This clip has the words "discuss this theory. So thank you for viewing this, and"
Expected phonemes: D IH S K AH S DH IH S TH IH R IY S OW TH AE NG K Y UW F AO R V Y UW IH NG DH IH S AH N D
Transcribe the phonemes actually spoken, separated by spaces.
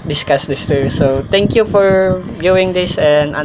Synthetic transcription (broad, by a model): D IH S K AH S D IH S T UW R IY S OW T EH NG K Y UW F AO R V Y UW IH NG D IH S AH N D